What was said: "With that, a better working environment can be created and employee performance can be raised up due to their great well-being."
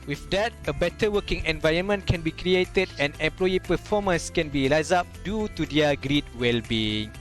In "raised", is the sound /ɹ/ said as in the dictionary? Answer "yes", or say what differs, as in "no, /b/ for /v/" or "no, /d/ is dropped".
no, /l/ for /ɹ/